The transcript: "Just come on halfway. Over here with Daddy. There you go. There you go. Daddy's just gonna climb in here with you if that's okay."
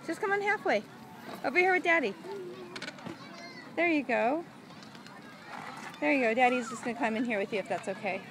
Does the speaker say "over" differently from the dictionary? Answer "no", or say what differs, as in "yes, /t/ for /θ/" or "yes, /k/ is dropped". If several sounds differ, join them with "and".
yes, /b/ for /v/